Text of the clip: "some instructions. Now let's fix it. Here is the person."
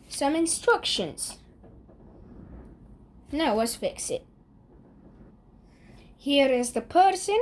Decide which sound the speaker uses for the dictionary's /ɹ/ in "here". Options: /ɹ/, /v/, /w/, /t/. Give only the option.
/ɹ/